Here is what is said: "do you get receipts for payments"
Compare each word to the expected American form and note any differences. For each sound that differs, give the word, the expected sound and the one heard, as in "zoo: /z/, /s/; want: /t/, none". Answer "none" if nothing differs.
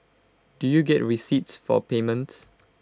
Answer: none